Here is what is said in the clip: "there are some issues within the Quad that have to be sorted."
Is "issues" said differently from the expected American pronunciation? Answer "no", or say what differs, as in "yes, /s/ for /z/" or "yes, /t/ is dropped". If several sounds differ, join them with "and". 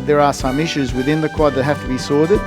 no